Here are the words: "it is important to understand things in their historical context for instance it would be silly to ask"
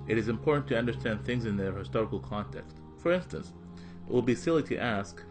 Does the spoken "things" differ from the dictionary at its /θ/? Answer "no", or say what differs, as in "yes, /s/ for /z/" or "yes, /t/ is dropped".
no